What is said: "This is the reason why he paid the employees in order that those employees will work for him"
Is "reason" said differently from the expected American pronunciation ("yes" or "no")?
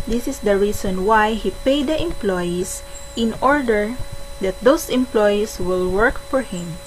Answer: yes